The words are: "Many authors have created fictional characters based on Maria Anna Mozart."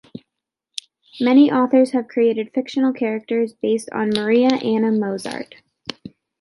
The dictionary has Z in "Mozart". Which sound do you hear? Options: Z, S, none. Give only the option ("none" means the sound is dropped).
Z